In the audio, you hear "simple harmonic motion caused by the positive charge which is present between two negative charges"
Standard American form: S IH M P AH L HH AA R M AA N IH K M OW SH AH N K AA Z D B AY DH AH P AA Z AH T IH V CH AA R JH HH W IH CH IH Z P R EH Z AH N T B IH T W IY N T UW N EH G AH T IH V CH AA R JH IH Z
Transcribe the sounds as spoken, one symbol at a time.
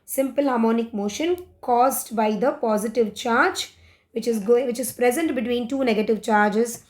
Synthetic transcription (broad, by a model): S IH M P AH L HH AA R M AA N IH K M OW SH AH N K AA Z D B AY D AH P AA Z AH T IH V CH AA R JH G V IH CH IH Z P R EH Z AH N T B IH T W IY N T UW N EH G AH T IH V CH AA R JH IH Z